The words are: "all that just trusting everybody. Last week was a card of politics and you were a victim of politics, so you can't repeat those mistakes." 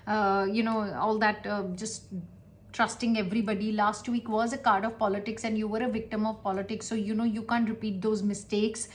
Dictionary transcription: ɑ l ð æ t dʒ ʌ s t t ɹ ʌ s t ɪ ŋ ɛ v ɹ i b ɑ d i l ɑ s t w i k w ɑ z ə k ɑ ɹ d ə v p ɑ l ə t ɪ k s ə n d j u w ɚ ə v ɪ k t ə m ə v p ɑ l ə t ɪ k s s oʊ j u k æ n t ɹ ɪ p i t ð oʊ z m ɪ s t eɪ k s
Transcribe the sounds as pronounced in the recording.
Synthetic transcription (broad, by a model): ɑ l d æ t dʒ ʌ s t t ɹ ʌ s t ɪ ŋ ɛ v ɹ i b ɑ d i l ɑ s t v i k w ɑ z ə k ɑ ɹ d ə v p ɑ l ə t ɪ k s ə n d j u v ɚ ə v ɪ k t ə m ə v p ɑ l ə t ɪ k s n oʊ j u k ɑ n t ɹ ɪ p i t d oʊ z m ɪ s t eɪ k s